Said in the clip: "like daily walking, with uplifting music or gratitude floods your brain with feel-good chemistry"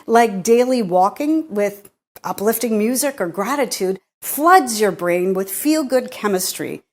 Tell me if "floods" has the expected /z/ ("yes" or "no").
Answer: yes